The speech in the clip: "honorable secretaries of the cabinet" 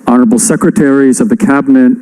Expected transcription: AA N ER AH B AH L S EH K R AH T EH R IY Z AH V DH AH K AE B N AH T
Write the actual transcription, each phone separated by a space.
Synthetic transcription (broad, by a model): AA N ER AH B L S EH K R AH T EH R IY Z AH V DH AH K AE B N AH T